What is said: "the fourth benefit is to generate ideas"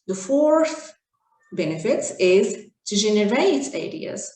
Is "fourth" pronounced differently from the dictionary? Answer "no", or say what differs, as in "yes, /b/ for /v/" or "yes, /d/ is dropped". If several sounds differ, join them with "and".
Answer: no